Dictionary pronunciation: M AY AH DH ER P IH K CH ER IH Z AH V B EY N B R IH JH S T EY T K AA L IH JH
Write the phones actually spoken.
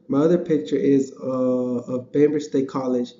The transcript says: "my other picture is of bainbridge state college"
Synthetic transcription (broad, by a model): M AY AH DH ER P IH K CH ER IH Z AH V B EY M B IH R S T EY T K AA L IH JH